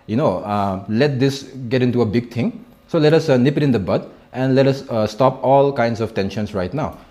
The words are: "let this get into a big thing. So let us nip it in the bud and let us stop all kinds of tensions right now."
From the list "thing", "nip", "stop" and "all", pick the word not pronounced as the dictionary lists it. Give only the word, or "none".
thing